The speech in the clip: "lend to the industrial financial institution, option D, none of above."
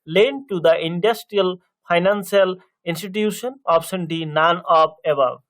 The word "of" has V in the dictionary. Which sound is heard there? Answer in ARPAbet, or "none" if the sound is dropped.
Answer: P